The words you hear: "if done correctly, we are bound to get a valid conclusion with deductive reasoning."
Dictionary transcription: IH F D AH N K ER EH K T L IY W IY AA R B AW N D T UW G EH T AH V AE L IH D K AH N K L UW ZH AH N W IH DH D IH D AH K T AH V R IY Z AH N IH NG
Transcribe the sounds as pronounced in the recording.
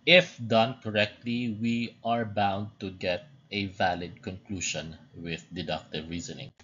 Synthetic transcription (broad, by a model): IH F D AH N K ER EH K T L IY W IY AA R B AW N D T UW G EH T AH V AE L IH D K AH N K L UW SH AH N W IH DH D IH D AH K T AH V R IY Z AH N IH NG